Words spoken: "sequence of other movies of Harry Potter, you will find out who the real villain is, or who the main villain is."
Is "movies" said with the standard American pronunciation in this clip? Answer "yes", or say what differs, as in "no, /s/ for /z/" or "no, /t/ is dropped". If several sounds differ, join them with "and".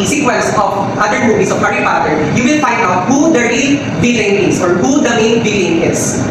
no, /s/ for /z/